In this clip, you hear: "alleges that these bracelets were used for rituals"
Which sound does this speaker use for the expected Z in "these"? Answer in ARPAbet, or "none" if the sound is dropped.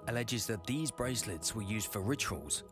Z